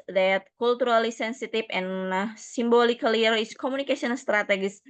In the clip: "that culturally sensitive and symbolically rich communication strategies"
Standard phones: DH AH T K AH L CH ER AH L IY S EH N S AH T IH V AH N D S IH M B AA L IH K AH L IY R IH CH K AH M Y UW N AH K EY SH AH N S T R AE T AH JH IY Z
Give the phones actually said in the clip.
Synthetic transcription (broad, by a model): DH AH T K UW L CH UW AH L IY S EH N S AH T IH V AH N S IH M B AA L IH K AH L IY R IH S K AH M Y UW N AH K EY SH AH N S T R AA T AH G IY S